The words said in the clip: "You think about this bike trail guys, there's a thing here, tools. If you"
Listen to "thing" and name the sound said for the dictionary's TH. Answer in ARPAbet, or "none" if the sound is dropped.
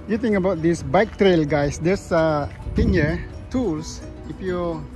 T